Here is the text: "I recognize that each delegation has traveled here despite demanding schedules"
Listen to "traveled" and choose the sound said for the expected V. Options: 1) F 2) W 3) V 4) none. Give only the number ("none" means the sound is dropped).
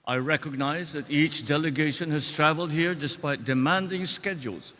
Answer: 3